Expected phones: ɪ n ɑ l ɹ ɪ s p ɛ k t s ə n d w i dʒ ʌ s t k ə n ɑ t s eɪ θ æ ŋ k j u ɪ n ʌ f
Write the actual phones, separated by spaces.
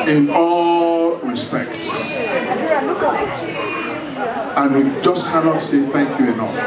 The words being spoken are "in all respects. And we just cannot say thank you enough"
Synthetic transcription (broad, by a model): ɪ n ɑ l ɹ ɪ s p ɛ k t s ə n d w i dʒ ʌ s k ə n ɑ t s eɪ θ æ ŋ k j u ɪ n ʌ f